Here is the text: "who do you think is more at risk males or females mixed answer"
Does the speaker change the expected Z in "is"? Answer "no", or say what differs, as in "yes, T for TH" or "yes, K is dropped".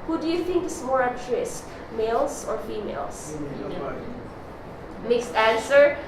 yes, S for Z